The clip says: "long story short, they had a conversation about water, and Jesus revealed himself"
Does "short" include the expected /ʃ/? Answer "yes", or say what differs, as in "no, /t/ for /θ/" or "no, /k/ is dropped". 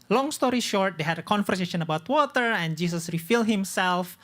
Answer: yes